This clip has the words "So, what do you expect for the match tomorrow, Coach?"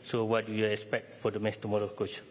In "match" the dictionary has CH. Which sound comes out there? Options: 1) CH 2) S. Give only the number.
2